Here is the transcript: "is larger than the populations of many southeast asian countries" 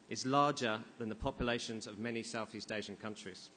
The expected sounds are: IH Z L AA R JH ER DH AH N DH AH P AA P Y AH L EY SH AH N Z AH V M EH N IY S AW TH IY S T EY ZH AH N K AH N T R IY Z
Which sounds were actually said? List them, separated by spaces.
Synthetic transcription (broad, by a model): IH Z L AA JH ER DH AH N DH AH P AA P Y AH L EY SH AH N Z AH V M EH N IY S AW TH IY S T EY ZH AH N K AH N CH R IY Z